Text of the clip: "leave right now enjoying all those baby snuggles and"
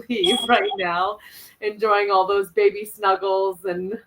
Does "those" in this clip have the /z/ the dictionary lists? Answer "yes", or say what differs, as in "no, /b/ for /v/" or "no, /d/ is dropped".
yes